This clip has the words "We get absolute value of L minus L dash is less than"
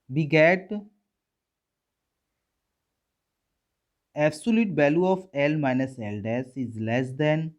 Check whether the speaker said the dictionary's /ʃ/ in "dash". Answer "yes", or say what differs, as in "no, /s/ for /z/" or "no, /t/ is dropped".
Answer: no, /s/ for /ʃ/